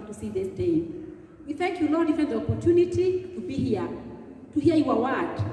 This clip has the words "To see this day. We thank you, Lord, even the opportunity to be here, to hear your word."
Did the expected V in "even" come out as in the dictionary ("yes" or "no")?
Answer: no